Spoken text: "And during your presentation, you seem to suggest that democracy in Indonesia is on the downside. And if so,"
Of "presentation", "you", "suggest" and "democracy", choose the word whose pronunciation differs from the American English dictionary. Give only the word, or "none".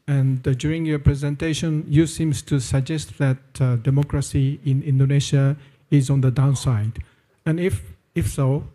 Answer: none